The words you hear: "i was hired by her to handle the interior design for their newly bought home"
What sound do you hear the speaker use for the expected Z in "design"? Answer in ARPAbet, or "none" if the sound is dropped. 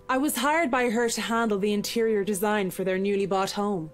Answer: Z